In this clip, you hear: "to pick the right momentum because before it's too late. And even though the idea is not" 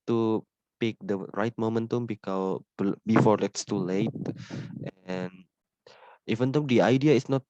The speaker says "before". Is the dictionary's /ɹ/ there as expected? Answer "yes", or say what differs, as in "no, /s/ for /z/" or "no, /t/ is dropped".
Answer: no, /l/ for /ɹ/